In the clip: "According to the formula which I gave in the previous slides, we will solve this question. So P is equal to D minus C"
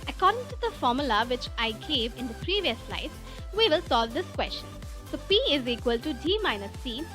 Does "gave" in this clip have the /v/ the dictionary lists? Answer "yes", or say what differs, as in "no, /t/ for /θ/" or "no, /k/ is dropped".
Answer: yes